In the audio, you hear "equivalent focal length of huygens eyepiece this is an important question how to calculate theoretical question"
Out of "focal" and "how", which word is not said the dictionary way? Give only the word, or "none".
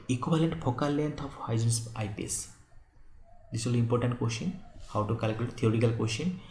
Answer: focal